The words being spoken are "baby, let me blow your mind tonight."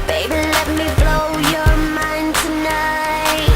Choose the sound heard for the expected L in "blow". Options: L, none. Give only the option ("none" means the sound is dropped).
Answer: L